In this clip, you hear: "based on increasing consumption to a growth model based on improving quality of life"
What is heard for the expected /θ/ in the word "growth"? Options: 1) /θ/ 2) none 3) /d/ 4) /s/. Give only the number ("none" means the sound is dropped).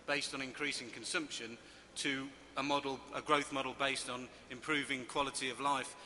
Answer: 1